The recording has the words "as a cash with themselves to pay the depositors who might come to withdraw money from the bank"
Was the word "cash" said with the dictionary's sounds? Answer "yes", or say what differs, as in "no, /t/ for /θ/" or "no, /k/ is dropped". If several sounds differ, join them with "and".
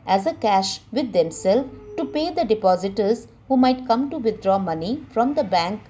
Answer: yes